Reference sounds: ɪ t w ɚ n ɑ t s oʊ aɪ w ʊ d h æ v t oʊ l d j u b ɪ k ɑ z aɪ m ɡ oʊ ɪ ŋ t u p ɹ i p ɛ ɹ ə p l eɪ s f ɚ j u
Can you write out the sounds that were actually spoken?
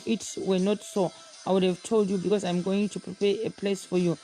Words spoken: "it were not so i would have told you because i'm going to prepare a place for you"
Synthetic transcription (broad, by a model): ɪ t w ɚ n ɑ t s oʊ aɪ w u d h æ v t oʊ l d j u b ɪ k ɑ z aɪ m ɡ oʊ ɪ ŋ t u p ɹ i p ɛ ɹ ə p l eɪ s f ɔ j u